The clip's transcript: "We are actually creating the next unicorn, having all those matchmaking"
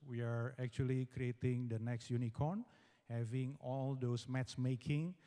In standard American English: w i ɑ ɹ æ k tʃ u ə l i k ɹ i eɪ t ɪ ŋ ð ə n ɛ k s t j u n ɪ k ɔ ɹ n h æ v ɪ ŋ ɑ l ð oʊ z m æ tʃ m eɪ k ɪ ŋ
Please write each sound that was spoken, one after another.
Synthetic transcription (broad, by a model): w i ɑ ɹ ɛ k tʃ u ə l i k ɹ i eɪ t ɪ ŋ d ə n ɛ k s t j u n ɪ k ɔ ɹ n h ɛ v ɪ ŋ ɑ l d oʊ s m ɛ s m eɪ k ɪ ŋ